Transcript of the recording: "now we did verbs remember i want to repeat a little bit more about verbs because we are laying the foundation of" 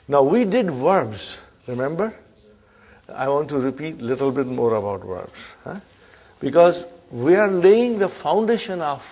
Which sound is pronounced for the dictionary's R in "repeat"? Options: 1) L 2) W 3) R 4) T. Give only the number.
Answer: 3